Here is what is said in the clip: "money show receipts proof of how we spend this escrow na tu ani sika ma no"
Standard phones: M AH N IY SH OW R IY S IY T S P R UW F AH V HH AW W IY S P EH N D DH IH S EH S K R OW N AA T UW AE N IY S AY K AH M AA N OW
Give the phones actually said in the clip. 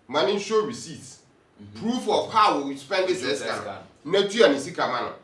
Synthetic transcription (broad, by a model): M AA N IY SH OW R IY S IY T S P R UW F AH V HH AW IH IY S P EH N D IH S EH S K AA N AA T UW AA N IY S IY K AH M AA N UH